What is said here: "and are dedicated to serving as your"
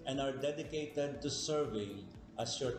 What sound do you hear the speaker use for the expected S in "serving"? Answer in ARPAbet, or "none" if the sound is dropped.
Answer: S